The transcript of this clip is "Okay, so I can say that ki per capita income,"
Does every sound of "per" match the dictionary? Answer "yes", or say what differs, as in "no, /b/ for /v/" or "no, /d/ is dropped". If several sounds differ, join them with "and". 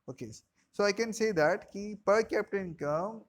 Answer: yes